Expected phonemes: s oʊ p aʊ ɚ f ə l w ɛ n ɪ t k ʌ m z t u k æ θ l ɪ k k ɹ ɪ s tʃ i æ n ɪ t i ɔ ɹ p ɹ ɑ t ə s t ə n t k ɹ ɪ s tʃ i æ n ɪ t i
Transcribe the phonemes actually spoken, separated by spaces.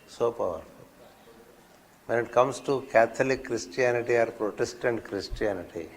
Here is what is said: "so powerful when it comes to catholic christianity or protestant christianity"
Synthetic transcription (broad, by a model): s oʊ p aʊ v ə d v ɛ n ɪ t k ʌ m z t u k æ t l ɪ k k ɹ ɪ s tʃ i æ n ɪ t i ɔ ɹ p ɹ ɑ t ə s t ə n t k ɹ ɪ s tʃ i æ n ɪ t i